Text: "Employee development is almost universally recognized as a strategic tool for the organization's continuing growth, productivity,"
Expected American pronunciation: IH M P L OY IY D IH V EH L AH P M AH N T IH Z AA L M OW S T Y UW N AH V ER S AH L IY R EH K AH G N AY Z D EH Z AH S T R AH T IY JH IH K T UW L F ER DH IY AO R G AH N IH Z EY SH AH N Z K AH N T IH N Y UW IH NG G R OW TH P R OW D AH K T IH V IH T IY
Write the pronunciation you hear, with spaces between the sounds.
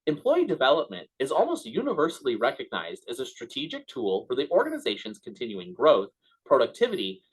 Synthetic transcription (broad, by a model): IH M P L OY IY D IH V EH L AH P M AH N T IH Z AA L M OW S T Y UW N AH V ER S L IY R EH K AH G N AY Z D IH Z AH S T R AH T IY JH IH K T UW L F ER DH IY AO R G AH N IH Z EY SH AH N Z K AH N T IH N Y UW IH NG G R OW TH P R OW D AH K T IH V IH T IY